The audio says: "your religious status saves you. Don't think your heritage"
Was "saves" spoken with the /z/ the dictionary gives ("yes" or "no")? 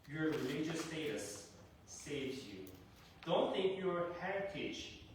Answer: no